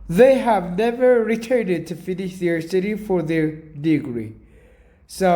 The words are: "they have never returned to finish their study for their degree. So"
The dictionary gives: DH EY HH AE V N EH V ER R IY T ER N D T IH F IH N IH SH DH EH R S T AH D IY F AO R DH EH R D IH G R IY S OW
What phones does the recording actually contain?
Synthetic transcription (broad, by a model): DH EY HH AE V N EH V ER R IY T ER N D T IH F IH N IH SH DH EH R S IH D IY F AO R DH EH R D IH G R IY S OW